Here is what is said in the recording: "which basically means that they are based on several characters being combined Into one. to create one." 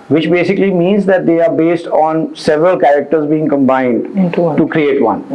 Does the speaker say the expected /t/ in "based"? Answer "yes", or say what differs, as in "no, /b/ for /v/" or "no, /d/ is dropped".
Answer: yes